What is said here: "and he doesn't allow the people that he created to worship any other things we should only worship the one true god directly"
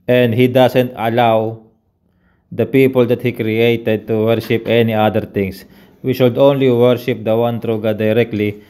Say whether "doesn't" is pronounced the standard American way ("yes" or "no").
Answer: no